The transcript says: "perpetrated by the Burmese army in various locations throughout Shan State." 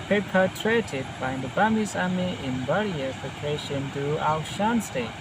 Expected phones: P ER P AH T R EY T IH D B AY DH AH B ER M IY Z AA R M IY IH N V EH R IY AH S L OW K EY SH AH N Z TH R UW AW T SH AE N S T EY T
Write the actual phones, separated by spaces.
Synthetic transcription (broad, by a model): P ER P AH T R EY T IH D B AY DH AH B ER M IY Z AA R M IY IH N B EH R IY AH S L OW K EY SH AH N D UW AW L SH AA N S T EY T